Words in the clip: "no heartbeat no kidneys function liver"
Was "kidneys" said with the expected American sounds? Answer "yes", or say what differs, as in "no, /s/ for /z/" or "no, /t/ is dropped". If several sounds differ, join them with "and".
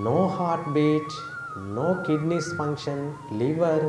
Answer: no, /s/ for /z/